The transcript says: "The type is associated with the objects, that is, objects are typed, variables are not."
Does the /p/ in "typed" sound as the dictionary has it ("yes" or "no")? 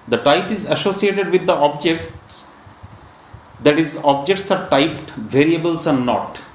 yes